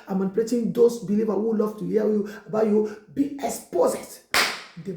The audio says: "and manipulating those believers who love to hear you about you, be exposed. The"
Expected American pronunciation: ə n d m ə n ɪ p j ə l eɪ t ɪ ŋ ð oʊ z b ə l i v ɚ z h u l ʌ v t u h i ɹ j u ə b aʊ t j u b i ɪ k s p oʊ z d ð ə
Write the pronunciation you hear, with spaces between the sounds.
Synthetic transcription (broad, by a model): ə m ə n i p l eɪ t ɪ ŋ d oʊ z b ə l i v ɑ h u l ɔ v t u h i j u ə b aʊ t j u b i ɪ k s p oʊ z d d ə